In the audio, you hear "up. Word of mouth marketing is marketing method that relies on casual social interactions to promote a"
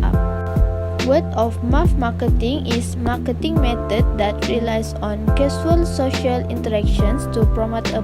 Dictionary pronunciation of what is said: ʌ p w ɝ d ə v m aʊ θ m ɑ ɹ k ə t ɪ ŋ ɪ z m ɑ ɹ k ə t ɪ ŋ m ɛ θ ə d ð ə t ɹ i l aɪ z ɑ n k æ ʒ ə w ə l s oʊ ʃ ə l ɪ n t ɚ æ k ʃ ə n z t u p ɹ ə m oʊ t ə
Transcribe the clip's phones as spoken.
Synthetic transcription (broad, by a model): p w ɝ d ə f m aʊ f m ɑ k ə t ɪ ŋ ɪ s m ɑ k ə t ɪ ŋ m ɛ t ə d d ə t ɹ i l aɪ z ɑ n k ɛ s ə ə l s oʊ ʃ ə l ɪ n t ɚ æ k ʃ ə n s t u p ɹ ə m oʊ t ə